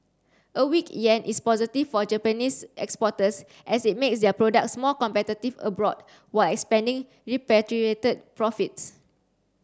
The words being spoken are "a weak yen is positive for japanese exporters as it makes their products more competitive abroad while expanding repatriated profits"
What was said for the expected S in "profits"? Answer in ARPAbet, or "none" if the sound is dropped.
S